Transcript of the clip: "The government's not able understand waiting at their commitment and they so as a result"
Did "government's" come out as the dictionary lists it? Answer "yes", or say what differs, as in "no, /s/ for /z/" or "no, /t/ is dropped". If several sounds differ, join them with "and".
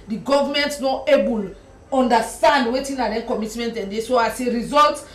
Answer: no, /s/ is dropped